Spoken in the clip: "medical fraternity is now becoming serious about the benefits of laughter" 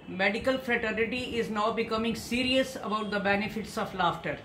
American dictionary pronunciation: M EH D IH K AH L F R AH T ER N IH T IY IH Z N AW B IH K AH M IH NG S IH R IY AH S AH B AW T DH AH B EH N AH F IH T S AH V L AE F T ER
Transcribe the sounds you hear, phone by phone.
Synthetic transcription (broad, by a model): M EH D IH K AH L F R AH T ER N IH T IY IH Z N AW B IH K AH M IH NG S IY R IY AH S AH B AW T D AH B EH N AH F IH T S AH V L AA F T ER